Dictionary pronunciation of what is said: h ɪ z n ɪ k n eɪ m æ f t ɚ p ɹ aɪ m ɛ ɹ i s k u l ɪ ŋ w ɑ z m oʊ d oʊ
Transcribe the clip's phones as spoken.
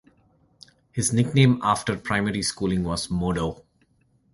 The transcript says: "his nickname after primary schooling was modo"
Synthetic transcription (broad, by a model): h ɪ z n ɪ k n eɪ m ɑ f t ɚ p ɹ aɪ m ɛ ɹ i s k u l ɪ ŋ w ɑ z m oʊ d oʊ